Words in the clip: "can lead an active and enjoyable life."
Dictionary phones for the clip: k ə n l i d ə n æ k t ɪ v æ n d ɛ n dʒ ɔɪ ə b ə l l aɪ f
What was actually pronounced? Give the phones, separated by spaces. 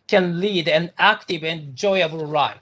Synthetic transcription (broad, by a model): k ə n l i d ə n æ k t ɪ v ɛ n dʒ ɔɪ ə ə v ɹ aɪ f